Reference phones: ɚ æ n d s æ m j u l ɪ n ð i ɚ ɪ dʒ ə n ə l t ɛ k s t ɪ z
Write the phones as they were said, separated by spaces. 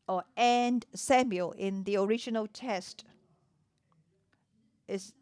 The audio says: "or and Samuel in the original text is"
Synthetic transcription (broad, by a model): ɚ æ n d s æ m j u l ɪ n ð i ɚ ɪ dʒ ə n ə l t ɛ s t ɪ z